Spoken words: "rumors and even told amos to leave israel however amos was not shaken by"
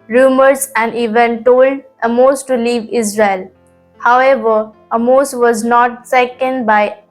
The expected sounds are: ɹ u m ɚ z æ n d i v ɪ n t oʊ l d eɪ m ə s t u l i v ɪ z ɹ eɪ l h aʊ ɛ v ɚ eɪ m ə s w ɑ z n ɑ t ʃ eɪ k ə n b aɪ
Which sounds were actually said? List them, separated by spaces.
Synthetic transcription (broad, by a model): ɹ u m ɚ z æ n d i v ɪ n t oʊ l d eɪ m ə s t u l i v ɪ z ɹ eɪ l h aʊ ɛ v ɚ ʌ m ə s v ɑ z n ɑ t s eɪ k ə n b aɪ